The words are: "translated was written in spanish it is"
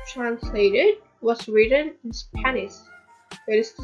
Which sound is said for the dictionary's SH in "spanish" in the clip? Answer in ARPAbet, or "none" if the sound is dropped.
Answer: S